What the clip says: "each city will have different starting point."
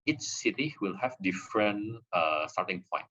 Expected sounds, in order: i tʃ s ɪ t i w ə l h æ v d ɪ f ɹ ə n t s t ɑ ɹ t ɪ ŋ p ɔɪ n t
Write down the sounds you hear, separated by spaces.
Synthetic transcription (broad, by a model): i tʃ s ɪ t i w ə l h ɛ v d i f ɹ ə n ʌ s t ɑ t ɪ ŋ p ɔɪ n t